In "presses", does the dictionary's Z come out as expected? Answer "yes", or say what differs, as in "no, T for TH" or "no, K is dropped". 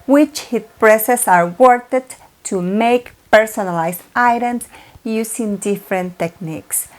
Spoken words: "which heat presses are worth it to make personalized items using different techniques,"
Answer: no, S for Z